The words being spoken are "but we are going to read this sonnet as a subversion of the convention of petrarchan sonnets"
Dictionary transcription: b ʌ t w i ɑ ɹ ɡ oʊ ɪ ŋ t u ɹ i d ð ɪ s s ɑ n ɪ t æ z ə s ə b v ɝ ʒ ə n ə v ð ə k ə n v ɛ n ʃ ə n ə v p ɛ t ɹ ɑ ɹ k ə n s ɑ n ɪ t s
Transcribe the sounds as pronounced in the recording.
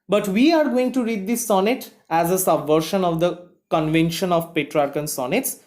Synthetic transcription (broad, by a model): b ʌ t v i ɑ ɹ ɡ oʊ ɪ ŋ t u ɹ i d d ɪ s s ɑ n ɪ t æ z ə s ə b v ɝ ʃ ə n ə v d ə k ə n v ɛ n ʃ ə n ə v p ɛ t ɹ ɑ ɹ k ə n s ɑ n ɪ t s